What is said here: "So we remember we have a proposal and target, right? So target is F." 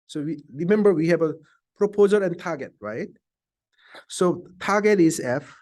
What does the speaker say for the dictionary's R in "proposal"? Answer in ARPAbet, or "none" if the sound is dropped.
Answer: R